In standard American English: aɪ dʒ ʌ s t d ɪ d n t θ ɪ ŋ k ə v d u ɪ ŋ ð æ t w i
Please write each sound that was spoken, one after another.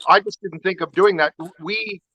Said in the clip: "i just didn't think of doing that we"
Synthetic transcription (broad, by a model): aɪ dʒ ʌ s d ɪ d n t θ ɪ ŋ k ə v d u ɪ ŋ ð æ t w i